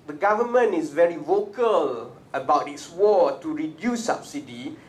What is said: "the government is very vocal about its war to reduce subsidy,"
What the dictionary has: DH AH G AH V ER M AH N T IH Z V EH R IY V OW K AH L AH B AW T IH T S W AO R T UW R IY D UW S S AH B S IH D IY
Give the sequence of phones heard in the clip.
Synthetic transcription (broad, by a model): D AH G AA V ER M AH N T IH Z V EH R IY V OW K AH L AH B AW T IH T S W AO T UW R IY D UW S S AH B S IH D IY